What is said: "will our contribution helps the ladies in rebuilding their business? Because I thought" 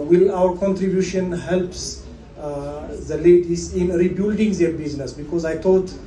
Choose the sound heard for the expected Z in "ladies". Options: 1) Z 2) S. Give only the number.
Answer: 2